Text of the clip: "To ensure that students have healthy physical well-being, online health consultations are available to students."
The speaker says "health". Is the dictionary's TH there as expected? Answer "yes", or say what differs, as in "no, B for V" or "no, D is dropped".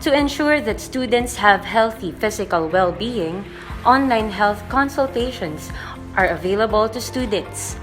yes